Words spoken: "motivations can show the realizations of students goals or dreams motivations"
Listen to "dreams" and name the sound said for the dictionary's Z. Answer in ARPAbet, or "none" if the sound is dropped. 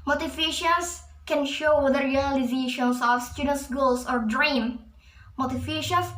none